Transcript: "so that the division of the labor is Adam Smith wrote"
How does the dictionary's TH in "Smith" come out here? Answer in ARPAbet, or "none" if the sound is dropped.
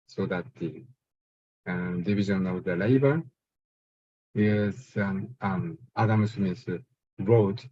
S